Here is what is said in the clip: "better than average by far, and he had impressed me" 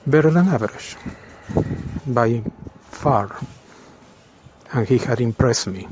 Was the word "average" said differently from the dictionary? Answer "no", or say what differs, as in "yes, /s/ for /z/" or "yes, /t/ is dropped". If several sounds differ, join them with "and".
yes, /ʃ/ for /dʒ/